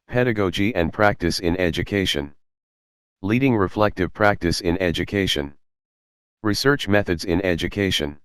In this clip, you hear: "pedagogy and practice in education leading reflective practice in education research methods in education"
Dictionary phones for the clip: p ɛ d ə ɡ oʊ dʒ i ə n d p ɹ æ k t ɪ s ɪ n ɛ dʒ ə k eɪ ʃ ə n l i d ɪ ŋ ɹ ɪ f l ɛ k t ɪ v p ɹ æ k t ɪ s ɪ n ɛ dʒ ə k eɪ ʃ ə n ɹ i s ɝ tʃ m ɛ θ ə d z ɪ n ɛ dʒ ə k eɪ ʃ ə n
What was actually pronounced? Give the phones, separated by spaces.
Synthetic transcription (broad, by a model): p ɛ d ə ɡ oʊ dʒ i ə n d p ɹ æ k t ɪ s ɪ n ɛ dʒ ə k eɪ ʃ ə n l i d ɪ ŋ ɹ ɪ f l ɛ k t ɪ v p ɹ æ k t ɪ s ɪ n ɛ dʒ ə k eɪ ʃ ə n ɹ i s ɝ tʃ m ɛ θ ə d z ɪ n ɛ dʒ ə k eɪ ʃ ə n